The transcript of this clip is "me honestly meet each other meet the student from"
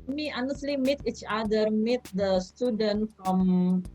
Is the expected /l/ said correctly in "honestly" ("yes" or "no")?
yes